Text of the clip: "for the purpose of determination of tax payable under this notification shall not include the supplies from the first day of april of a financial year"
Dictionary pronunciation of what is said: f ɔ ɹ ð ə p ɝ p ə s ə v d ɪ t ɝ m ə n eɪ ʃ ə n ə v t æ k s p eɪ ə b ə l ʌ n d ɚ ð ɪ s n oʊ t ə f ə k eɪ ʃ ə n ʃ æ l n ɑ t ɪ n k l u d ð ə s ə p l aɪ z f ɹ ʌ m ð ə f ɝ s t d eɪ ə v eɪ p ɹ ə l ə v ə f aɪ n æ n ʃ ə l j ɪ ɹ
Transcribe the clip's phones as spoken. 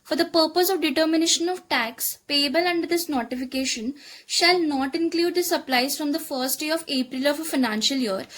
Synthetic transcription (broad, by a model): f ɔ ɹ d ə p ɝ p ə s ə v d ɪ t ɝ m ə n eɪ ʃ ə n ə v t æ k s p eɪ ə b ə l ʌ n d ɚ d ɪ s n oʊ t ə f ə k eɪ ʃ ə n ʃ æ l n ɑ t ɪ n k l u d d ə s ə p l aɪ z f ɹ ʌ m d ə f ɝ s t d eɪ ə v eɪ p ɹ ə l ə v ə f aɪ n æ n ʃ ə l j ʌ ɹ